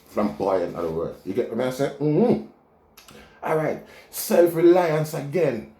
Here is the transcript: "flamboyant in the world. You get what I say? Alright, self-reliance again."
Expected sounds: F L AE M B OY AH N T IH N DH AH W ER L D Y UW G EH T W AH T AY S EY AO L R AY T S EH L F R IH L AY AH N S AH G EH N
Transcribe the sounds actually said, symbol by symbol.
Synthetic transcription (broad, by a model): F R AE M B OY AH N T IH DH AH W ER D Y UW G EH T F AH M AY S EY AO L R AY T S EH L F R IH L AY AH N S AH G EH N